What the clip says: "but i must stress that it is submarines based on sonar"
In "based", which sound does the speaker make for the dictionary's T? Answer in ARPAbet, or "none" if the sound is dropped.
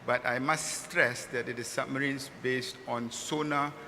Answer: T